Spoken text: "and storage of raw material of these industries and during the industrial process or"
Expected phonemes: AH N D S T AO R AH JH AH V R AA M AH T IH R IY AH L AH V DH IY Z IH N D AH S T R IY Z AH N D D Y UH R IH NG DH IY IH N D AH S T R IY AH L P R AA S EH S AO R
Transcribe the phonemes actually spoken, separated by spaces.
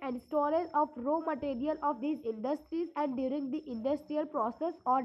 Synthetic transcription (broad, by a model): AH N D S T AO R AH Z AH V R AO M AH T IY R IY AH L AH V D IY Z IH N D AH S T R IY Z AH N D D Y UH R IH NG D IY IH N D AH S T R IY AH L P R AA S EH S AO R